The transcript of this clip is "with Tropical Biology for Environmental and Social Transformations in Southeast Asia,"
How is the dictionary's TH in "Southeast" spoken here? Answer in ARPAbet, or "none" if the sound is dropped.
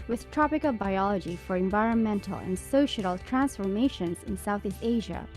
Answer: TH